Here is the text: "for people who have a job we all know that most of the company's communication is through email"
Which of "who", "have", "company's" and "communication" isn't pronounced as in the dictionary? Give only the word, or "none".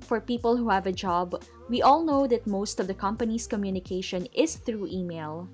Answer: company's